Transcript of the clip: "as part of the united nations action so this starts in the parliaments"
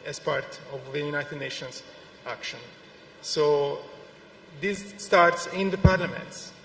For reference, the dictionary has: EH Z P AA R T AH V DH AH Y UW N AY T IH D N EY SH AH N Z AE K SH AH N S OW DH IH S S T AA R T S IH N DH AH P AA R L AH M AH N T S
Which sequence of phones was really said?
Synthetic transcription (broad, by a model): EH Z P AA R T AH V DH AH Y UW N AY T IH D N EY SH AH N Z AE K SH AH N S OW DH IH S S T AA R T S IH N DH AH P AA R L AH M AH N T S